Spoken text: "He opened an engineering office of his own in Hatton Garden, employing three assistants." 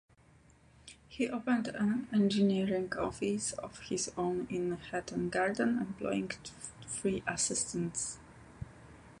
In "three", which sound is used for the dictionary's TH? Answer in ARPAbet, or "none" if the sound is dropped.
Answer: F